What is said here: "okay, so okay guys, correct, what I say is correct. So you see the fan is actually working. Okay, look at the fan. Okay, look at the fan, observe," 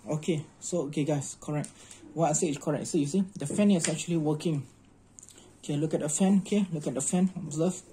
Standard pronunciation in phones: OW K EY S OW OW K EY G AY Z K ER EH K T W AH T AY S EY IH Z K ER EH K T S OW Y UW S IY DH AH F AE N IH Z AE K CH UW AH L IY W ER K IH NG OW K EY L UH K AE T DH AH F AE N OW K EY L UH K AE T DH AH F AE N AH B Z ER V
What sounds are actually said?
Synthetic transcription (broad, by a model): OW K EY S OW OW K EY G AY S K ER EH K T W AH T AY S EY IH S K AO EH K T S OW Y UW S IY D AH F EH N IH S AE K CH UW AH L IY W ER K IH NG OW K EY L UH K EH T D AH F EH N OW K EY L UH K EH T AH F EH N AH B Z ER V